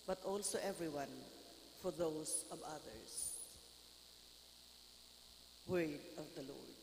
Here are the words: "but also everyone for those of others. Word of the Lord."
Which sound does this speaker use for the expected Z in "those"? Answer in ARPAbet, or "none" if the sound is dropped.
S